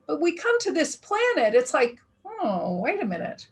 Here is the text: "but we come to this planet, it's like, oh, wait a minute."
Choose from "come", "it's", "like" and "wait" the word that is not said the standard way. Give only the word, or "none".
none